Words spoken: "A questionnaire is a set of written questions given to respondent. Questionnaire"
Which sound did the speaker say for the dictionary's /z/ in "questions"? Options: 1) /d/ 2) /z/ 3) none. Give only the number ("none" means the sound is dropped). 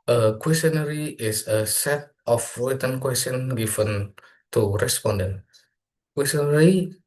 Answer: 3